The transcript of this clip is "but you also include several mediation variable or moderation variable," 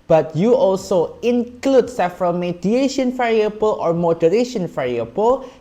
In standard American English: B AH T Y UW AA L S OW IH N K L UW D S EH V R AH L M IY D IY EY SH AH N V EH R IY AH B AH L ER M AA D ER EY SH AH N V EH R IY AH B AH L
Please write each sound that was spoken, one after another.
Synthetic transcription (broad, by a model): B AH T Y UW AA L S OW IH N K L UW D S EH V R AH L M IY D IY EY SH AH N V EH R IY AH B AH L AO M AA D ER EY SH AH N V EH R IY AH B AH L